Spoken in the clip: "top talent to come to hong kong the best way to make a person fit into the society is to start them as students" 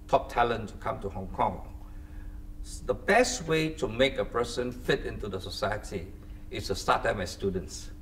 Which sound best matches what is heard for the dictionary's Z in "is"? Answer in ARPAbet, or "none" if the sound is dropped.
S